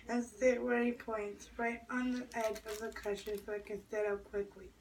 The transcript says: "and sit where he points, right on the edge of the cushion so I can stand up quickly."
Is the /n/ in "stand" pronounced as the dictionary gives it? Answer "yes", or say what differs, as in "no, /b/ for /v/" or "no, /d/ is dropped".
no, /n/ is dropped